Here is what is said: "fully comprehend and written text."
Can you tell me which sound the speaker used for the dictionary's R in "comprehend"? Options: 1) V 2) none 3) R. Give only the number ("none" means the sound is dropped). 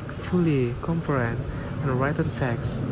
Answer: 2